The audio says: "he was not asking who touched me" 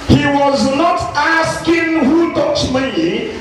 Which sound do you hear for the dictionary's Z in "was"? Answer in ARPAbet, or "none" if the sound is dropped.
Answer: Z